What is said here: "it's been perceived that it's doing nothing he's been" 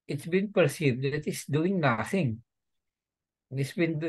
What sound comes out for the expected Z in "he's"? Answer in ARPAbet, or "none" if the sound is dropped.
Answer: S